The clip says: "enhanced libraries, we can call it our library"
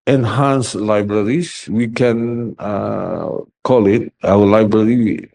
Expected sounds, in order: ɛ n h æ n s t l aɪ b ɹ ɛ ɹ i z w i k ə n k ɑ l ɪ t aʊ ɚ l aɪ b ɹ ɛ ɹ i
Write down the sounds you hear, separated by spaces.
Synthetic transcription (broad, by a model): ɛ n h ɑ n s l aɪ b ɹ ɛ ɹ i s w i k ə n k ɑ l ɪ t aʊ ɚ l aɪ b ɹ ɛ ɹ i